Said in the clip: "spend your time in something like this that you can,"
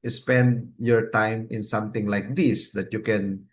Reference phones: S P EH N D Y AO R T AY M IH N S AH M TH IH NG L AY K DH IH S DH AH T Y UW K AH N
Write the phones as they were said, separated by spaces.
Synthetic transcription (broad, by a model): S P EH N D Y AO R T AY M IH N S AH M T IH NG L AY K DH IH S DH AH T Y UW K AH N